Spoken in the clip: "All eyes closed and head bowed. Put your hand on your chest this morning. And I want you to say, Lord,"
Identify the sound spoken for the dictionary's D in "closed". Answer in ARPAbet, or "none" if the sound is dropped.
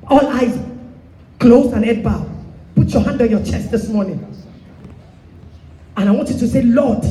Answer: none